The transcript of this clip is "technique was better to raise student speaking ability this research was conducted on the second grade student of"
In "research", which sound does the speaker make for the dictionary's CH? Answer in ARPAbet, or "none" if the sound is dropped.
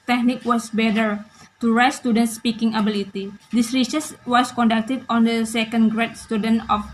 S